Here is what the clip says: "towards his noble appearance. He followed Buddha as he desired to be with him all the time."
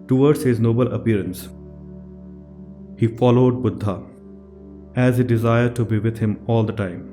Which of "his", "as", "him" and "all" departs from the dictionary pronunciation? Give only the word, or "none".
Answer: none